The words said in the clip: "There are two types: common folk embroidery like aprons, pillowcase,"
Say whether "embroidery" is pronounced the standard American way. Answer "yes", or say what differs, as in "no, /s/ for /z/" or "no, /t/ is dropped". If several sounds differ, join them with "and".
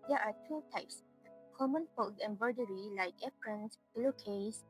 no, /ɹ/ is dropped